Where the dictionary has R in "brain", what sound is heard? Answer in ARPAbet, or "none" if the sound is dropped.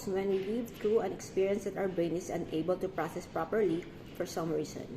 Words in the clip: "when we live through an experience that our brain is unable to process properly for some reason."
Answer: none